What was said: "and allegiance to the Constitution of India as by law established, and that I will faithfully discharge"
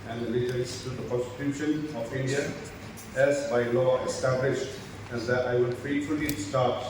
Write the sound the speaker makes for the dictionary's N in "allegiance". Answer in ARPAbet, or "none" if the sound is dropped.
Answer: L